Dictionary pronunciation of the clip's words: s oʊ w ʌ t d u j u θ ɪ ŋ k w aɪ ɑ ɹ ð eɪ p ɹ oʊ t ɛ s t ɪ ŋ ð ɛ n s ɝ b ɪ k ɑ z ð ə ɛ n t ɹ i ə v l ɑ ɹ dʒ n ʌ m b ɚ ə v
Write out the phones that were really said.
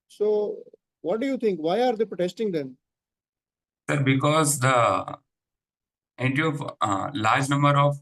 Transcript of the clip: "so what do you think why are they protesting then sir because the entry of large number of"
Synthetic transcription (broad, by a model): s oʊ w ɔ t d u j u t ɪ ŋ k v aɪ ɑ ɹ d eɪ p ɹ oʊ t ɛ s t ɪ ŋ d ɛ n s ɝ b ɪ k ɑ z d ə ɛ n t i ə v l ɑ ɹ dʒ n ʌ m b ɚ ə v